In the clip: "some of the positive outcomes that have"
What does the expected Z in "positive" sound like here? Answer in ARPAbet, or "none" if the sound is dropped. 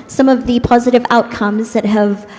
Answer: Z